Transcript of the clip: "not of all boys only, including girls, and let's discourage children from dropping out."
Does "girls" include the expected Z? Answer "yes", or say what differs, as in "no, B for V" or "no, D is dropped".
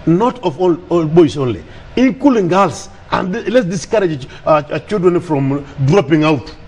no, S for Z